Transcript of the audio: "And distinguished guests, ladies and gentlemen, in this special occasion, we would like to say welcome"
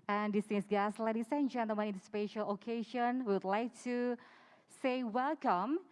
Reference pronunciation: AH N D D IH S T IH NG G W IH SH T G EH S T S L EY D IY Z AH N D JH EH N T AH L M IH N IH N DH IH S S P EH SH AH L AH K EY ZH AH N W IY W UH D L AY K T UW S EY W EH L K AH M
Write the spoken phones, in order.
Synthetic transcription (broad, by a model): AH N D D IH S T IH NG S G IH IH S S L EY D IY S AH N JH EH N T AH M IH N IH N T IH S S P EH SH AH L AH K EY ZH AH N W IY W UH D L AY K T UW S EY W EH L K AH M